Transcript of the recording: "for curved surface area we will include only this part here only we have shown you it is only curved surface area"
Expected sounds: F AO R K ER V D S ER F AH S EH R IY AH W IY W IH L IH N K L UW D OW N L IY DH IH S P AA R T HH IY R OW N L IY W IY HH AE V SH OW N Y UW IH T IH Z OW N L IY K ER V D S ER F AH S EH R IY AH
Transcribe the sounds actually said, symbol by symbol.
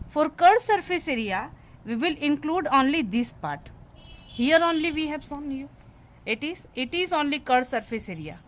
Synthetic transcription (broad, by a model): F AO R K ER D S ER F AH S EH R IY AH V IY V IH L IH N K L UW D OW N L IY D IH S P AA R T HH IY R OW N L IY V IY HH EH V S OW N Y UW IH T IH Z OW N L IY K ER D S ER F AH S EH R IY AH